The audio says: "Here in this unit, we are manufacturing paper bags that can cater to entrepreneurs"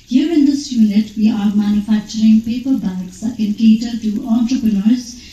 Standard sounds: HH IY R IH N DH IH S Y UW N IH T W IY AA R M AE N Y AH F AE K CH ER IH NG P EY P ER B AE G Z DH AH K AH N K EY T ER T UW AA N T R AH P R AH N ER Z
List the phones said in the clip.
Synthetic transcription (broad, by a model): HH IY R IH N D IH S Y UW L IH T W IY AA R M AE N Y AH F AE K CH ER IH NG P EY P ER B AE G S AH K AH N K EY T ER T UW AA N T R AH P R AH N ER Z